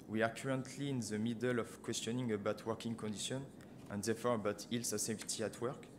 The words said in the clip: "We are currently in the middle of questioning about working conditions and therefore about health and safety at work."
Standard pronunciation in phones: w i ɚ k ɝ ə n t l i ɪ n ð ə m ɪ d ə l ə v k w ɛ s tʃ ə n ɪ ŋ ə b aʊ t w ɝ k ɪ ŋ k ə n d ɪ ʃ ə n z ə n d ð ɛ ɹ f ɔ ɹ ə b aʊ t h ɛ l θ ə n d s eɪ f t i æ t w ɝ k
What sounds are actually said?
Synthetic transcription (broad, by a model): w i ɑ k ɝ ə n t l i ɪ n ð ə m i d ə l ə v k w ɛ s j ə n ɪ ŋ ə b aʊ t w ɝ k ɪ ŋ k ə n d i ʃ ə n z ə n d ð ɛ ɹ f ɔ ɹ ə b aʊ t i l s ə s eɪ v t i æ t w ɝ k